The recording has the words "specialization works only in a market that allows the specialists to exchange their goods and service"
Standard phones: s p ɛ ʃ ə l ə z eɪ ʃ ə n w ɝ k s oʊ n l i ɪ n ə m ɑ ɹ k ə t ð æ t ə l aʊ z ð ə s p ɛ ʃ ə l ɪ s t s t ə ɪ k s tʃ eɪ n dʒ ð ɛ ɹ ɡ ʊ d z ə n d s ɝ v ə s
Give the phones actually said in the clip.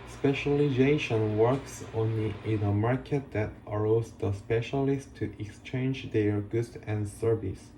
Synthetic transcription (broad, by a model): s p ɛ ʃ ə l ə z eɪ ʃ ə n w ɝ k s oʊ n l i ɪ n ə m ɑ ɹ k ə t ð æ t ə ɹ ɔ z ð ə s p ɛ ʃ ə l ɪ s t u t ə k s tʃ eɪ n dʒ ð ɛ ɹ ɡ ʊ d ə n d s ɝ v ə s